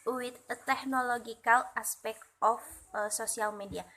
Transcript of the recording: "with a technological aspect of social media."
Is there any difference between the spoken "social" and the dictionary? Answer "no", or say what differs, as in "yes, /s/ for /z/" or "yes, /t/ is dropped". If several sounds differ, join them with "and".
yes, /s/ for /ʃ/